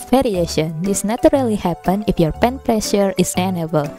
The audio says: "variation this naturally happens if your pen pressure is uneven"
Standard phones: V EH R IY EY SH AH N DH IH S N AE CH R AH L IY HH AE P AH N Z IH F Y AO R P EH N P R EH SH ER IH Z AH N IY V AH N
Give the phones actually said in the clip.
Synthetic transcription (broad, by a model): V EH R IY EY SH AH N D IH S N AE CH R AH L IY HH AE P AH N IH F Y AO R P EH N P R EH SH ER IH S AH N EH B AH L